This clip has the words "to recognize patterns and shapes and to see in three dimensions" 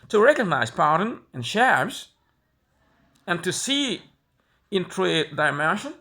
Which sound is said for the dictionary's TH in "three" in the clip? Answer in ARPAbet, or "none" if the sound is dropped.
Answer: T